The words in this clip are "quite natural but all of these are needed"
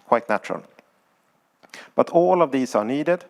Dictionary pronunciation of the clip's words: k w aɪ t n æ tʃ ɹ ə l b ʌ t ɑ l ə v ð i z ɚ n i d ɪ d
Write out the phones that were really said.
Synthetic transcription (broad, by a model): k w aɪ t n æ tʃ ɹ ə l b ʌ t ɑ l ə v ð i s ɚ n i d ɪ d